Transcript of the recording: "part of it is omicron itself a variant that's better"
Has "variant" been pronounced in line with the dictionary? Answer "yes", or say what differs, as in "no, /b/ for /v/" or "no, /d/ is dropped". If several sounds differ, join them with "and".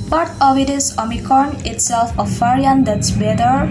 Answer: no, /f/ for /v/